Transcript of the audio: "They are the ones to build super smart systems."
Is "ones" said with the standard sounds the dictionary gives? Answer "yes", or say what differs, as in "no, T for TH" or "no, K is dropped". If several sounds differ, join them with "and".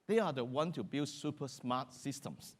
no, Z is dropped